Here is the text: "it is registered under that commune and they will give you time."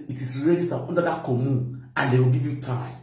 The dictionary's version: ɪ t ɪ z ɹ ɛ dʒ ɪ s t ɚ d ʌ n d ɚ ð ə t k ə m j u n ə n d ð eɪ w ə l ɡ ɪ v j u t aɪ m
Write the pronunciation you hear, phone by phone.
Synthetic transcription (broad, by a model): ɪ t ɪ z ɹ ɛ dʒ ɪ s t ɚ ɔ n d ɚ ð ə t k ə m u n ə n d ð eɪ w ə l ɡ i v j u t aɪ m